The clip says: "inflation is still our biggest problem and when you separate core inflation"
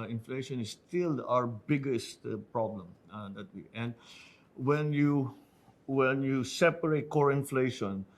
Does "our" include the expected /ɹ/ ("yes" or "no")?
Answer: yes